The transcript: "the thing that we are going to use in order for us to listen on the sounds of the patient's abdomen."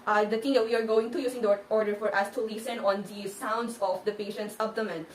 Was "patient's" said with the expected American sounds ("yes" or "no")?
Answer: yes